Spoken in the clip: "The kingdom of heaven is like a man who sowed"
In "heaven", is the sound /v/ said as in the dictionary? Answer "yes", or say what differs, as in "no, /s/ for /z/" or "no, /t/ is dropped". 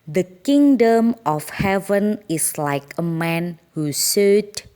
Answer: yes